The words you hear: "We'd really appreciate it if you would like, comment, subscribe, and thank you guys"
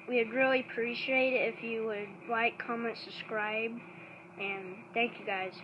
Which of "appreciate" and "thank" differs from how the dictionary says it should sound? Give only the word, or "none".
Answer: none